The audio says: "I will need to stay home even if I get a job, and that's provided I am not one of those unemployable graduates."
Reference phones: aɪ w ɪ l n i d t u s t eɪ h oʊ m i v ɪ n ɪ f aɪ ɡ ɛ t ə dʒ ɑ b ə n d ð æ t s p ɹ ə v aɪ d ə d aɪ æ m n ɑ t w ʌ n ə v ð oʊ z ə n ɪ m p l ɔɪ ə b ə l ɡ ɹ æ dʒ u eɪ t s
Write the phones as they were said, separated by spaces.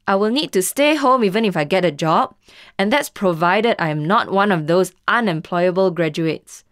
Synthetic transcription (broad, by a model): aɪ w ɪ l n i d t u s t eɪ h oʊ m i v ɪ n ɪ f aɪ ɡ ɛ t ə dʒ ɑ b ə n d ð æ t s p ɹ ə v aɪ d ə d aɪ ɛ m n ɑ t w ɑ n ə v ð oʊ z ə n ɪ m p l ɔɪ ə b ə l ɡ ɹ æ dʒ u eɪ t s